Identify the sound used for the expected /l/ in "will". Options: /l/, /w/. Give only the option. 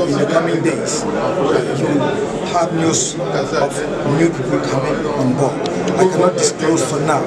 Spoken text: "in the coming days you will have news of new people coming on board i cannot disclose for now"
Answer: /w/